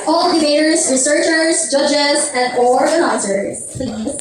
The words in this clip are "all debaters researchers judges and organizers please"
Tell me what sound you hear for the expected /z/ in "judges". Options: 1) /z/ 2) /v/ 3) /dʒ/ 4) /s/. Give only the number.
1